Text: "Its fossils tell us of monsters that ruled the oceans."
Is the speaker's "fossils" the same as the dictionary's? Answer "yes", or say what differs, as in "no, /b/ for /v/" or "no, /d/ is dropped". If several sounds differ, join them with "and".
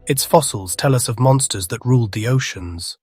yes